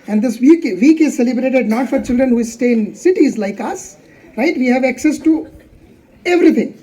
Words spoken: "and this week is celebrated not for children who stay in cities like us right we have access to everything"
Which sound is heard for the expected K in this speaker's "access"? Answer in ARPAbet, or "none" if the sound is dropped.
K